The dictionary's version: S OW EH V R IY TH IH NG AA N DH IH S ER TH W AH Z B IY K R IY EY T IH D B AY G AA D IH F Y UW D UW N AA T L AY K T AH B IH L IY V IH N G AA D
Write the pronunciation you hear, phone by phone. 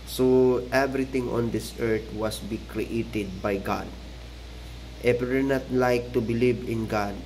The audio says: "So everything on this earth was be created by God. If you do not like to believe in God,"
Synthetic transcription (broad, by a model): S OW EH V R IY T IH NG AA N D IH S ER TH W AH S B IY K R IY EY T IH D B AY G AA D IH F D N AA T L AY K T AH B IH L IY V IH N G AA D